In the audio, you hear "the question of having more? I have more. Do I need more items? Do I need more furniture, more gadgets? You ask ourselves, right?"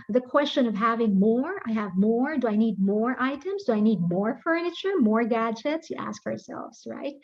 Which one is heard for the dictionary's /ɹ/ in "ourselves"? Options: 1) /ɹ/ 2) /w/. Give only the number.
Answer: 1